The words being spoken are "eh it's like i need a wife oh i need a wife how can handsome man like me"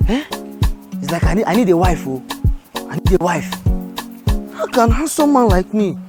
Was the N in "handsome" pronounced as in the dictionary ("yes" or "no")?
no